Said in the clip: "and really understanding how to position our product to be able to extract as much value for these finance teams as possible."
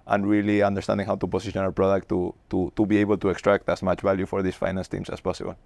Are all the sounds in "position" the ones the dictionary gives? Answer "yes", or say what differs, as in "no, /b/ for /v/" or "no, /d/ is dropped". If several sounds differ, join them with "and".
no, /s/ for /z/